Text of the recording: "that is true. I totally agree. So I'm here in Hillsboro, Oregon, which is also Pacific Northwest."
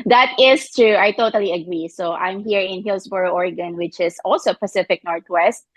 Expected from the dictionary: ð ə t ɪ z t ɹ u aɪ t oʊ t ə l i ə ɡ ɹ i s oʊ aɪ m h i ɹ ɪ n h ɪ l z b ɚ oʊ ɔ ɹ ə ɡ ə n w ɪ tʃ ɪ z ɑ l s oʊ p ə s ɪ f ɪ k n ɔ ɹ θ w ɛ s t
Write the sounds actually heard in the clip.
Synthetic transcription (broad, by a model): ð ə t ɪ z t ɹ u aɪ t oʊ t ə l i ə ɡ ɹ i s oʊ aɪ m h i ɹ ɪ n h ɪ l s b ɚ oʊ ɔ ɹ ə ɡ ə n w ɪ tʃ ɪ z ɑ l s oʊ p ə s ɪ f ɪ k n ɔ ɹ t w ɛ s t